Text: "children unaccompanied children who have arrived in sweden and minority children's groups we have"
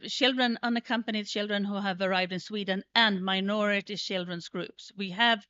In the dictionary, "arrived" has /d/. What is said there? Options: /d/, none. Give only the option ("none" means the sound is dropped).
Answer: /d/